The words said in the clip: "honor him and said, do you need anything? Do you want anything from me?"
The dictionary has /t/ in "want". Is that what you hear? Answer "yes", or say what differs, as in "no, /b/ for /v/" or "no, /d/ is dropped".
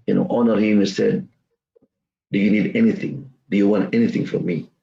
yes